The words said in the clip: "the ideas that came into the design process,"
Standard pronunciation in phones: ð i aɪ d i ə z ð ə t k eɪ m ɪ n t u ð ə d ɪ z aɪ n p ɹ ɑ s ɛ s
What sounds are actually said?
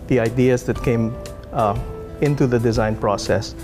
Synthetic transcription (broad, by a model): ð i aɪ d i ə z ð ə t k eɪ m ɪ n t u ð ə d ɪ z aɪ n p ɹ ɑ s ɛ s